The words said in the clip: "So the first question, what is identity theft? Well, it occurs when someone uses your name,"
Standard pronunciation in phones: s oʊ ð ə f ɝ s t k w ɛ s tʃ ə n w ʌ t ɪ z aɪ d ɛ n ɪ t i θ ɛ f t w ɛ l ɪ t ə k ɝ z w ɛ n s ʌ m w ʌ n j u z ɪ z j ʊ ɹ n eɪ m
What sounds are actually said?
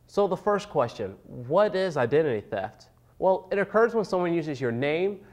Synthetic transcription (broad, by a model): s oʊ ð ə f ɝ s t k w ɛ s tʃ ə n w ʌ t ɪ z aɪ d ɛ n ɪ t i θ ɛ f t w ɛ l ɪ t ə k ɝ z w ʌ n s ʌ m w ʌ n j u z ɪ z j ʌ ɹ n eɪ m